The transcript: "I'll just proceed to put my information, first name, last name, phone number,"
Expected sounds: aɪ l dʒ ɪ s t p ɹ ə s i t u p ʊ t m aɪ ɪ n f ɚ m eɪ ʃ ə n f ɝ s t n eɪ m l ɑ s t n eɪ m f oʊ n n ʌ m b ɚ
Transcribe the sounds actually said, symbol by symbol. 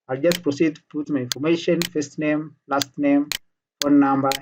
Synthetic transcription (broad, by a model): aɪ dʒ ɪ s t p ɹ ə s i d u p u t m aɪ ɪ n f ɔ m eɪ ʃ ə n f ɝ s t n eɪ m l ɑ s t n eɪ m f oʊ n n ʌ m b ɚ